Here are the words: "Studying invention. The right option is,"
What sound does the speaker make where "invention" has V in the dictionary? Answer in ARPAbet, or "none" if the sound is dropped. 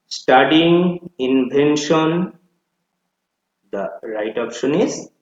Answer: B